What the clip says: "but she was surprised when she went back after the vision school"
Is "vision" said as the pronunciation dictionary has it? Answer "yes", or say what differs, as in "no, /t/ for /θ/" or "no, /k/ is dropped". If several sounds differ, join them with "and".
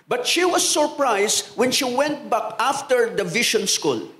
no, /ʃ/ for /ʒ/